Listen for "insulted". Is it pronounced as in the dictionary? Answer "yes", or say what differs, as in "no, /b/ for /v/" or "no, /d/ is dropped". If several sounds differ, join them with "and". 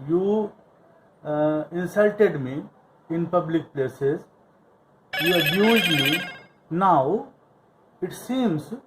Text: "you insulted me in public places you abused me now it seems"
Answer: yes